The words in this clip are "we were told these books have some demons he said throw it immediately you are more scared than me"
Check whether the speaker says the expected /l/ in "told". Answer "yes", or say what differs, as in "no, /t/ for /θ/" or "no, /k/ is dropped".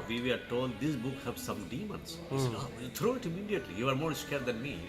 yes